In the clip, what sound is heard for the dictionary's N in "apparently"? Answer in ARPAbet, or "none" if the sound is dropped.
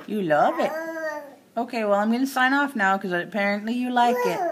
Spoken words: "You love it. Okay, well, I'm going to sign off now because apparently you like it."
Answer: N